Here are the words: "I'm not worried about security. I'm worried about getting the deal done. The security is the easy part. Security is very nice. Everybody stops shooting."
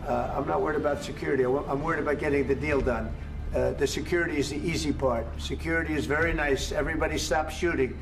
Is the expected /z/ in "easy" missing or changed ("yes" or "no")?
no